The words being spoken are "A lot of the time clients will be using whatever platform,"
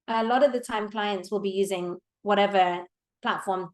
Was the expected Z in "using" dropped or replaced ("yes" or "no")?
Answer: no